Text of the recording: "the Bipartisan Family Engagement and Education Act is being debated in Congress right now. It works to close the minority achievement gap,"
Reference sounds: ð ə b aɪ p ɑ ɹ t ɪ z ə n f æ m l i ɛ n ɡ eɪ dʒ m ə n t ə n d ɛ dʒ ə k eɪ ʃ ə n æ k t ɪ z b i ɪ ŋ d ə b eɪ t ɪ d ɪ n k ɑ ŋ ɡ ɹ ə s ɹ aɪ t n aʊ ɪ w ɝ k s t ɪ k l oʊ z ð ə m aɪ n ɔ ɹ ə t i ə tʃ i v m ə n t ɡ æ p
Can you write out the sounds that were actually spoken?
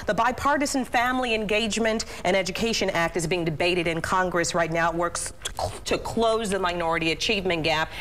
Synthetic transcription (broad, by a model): ð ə b aɪ p ɑ ɹ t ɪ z n f æ m l i ɛ n ɡ eɪ dʒ m ə n t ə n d ɛ dʒ ə k eɪ ʃ ə n æ k t ɪ z b i ɪ ŋ d ə b eɪ t ɪ d ɪ n k ɑ ŋ ɡ ɹ ə s ɹ aɪ t n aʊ ɪ w ɝ k s t ɪ k l oʊ z ð ə m aɪ n ɔ ɹ ə t i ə tʃ i v m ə n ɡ æ p